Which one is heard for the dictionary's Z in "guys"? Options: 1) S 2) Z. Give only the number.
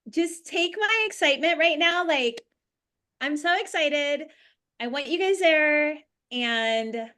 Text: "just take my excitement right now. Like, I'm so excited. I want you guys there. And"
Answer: 2